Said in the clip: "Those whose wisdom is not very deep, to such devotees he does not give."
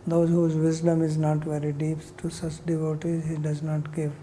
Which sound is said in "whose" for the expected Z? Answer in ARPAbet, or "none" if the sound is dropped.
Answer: Z